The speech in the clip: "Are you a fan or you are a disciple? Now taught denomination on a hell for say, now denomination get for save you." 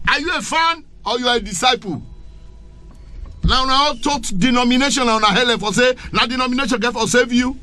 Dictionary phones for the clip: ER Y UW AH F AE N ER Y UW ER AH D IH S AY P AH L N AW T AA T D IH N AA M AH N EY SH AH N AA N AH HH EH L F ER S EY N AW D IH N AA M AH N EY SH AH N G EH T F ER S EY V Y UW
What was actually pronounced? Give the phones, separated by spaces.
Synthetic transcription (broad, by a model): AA Y UW AH F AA N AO Y UW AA AH D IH S AY P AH N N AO T AA T D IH N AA M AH N EY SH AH N AA N AH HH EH L F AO S EY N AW D IH N AA M AH N EY SH AH N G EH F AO S EY V Y UW